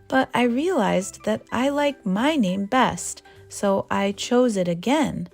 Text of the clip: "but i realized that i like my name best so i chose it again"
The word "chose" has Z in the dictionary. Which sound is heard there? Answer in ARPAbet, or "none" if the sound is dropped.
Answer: Z